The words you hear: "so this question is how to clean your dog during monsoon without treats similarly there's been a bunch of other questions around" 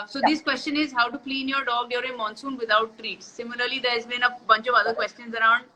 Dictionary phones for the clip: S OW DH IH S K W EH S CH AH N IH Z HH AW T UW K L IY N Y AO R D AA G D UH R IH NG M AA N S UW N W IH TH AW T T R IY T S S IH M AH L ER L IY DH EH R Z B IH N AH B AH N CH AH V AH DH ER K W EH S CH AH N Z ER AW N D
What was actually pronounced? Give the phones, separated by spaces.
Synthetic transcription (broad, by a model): S OW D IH S K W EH S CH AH N IH Z HH AW T UW K L IY N Y AO R D AA G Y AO R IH M AA N S UW N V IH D AW T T R IY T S S IH M AH L ER L IY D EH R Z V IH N AH B AH N CH AH V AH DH ER K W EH S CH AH N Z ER AW N D